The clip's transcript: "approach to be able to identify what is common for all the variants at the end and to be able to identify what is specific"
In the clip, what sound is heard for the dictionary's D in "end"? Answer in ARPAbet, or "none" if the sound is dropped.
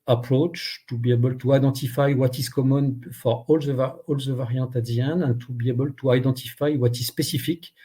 none